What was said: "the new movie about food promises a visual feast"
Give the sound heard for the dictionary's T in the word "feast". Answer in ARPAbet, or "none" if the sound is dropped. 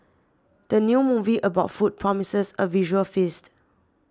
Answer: T